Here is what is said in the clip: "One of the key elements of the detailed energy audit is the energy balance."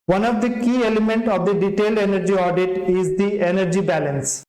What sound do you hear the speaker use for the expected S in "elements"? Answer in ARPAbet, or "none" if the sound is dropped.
none